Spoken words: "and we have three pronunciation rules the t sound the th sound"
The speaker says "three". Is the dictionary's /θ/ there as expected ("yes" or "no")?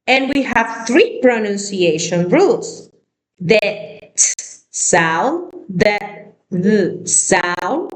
yes